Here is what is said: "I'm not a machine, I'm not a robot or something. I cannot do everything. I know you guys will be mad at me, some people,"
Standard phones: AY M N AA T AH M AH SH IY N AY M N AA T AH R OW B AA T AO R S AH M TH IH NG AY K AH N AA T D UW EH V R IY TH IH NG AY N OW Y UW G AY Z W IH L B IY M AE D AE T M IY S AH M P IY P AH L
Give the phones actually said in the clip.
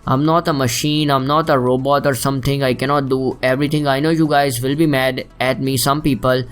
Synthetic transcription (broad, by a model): AY M N AA T AH M AH SH IY N AY M N AA T AH R OW B AA T AO R S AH M T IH NG AY K AH N AA T D UW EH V R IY T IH NG AY N OW Y UW G AY Z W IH L B IY M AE D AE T M IY S AH M P IY P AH L